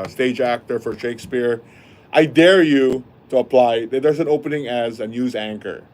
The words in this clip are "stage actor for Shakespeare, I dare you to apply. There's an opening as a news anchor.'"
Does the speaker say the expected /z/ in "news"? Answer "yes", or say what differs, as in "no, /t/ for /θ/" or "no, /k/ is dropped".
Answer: yes